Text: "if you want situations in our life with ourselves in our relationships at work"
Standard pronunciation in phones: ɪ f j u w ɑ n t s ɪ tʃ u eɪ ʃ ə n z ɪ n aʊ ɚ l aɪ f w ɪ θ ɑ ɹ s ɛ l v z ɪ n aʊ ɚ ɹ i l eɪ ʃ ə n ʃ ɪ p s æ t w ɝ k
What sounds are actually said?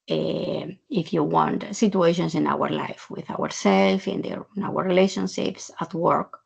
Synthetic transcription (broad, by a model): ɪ f j u w ɑ n t s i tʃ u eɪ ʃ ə n s ɪ n aʊ ɚ l aɪ f w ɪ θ ɑ ɹ s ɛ l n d ɪ n aʊ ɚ ɹ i l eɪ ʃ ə n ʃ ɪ p s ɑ t w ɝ k